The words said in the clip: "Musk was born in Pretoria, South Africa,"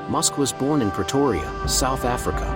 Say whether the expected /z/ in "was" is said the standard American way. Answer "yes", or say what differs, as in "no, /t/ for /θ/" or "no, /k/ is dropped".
yes